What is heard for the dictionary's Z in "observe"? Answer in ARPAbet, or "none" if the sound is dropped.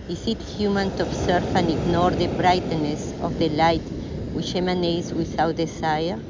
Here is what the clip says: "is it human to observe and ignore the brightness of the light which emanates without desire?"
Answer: S